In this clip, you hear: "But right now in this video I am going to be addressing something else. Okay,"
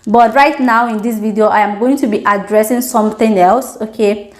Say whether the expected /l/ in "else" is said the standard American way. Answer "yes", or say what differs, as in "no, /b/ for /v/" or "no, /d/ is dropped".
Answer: yes